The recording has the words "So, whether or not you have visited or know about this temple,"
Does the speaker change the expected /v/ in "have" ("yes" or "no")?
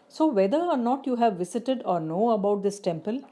no